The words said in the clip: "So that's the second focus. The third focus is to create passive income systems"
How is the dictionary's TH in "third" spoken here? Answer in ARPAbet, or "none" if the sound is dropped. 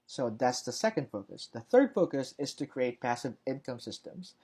TH